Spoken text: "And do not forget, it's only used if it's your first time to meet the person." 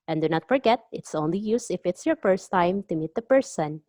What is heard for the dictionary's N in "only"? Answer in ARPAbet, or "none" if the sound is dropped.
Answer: N